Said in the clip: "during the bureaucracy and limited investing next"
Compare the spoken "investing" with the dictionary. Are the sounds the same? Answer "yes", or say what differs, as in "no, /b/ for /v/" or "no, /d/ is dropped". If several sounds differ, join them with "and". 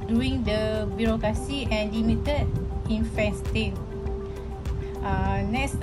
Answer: no, /f/ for /v/